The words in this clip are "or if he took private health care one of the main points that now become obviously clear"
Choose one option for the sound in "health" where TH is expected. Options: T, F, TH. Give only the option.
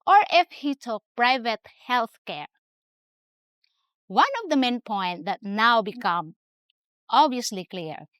TH